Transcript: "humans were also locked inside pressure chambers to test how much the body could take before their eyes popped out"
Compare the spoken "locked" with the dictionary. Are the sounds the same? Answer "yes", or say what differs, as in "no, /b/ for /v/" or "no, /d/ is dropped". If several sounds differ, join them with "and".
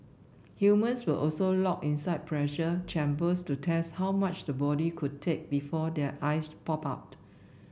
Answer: no, /t/ is dropped